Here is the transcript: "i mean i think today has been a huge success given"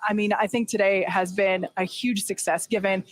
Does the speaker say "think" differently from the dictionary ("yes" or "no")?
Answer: no